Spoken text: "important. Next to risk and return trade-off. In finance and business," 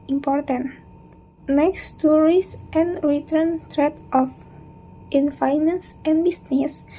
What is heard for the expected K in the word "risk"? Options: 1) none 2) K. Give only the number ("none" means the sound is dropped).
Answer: 1